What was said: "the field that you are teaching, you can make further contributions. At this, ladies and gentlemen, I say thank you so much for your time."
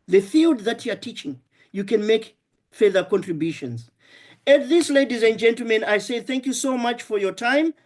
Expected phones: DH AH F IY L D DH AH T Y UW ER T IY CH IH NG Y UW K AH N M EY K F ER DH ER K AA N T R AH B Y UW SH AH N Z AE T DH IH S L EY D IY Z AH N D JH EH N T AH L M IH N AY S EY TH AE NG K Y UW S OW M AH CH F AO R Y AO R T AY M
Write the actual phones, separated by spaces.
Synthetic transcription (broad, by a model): DH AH F IY L D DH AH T Y UW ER T IY CH IH NG Y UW K AH N M EY K F ER DH ER K AA N T R AH B Y UW SH AH N Z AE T DH IH S L EY D IY Z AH N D JH EH N T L M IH N AY S EY TH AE NG K Y UW S OW M AH CH F AO R Y AO R T AY M